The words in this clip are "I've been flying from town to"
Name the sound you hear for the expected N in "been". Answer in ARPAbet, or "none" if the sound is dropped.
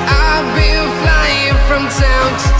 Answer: L